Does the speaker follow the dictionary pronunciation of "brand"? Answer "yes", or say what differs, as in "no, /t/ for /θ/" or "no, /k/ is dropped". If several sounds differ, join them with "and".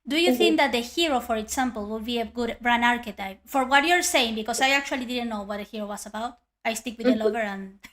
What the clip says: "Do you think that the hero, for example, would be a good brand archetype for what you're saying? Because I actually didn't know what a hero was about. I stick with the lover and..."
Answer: no, /d/ is dropped